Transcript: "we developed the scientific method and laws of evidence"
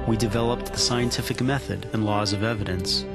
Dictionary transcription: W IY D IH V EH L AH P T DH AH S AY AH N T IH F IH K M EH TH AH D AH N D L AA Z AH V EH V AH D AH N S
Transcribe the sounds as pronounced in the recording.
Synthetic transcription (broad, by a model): W IY D IH V EH L AH P T DH AH S AY AH N T IH F IH K M EH TH AH D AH N L AA Z AH V EH V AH D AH N S